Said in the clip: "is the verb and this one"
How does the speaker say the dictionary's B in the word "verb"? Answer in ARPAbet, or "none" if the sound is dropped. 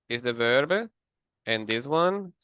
B